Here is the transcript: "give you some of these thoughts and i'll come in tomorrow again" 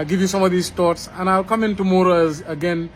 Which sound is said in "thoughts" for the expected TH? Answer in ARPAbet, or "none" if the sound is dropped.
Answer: T